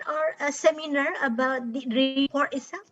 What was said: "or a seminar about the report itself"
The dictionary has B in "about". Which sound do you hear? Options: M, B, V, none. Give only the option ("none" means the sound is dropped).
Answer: B